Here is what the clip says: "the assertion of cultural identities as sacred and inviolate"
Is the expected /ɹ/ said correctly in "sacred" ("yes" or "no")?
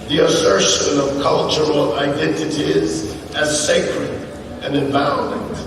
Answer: yes